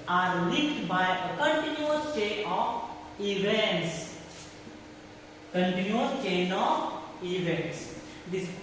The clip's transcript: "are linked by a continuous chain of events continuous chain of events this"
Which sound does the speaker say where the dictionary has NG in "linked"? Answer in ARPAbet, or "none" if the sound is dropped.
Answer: none